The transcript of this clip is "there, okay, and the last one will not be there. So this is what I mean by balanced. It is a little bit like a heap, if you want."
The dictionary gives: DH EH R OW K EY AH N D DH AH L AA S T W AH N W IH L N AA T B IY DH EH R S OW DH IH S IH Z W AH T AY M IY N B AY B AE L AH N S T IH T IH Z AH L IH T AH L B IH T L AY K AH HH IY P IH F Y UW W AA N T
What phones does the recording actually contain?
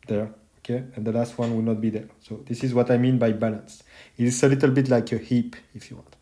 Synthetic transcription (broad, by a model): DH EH R OW K EY AH N D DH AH L AA S T W AH N W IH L N AA T B IY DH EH R S OW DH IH S IH Z W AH T AY M IY N B AY B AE L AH N S IH T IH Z AH L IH T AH L B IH T L AY K AH HH IY P IH F Y UW W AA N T